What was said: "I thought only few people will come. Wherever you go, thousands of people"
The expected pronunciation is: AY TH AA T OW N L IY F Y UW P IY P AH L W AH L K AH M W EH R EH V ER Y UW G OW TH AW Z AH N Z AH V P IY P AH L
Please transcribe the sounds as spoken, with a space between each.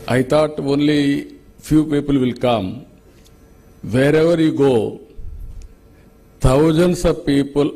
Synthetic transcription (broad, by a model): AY T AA T OW N L IY F Y UW P IY P AH L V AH L K AH M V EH R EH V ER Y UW G OW T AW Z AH N S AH P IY P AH L